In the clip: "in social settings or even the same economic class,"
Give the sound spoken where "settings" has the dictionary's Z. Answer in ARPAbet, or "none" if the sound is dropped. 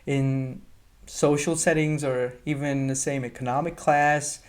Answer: Z